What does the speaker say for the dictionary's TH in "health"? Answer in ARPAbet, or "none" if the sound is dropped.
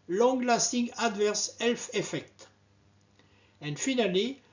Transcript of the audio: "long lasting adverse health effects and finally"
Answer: F